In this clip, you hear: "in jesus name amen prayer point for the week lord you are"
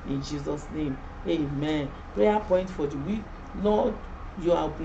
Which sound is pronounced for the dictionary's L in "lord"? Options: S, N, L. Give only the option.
N